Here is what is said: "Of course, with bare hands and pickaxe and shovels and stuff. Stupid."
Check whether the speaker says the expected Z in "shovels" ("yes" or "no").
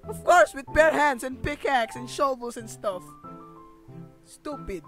no